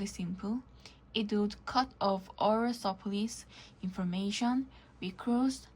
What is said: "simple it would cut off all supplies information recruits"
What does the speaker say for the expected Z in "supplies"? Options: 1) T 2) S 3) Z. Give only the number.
2